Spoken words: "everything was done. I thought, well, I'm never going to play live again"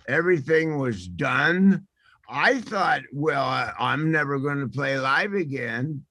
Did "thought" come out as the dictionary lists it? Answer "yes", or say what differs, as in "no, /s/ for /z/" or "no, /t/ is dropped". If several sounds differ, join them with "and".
yes